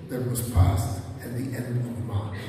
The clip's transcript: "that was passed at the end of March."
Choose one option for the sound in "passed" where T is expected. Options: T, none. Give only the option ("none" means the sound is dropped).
T